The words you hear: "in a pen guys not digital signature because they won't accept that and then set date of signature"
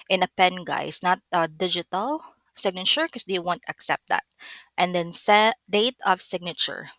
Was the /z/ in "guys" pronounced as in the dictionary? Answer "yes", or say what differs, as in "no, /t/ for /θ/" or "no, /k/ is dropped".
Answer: no, /s/ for /z/